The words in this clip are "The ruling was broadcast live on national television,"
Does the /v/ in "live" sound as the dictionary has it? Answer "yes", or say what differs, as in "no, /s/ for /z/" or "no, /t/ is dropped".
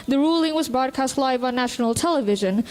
yes